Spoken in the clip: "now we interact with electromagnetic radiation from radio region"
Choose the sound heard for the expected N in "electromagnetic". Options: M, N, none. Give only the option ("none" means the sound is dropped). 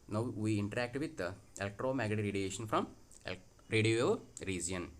none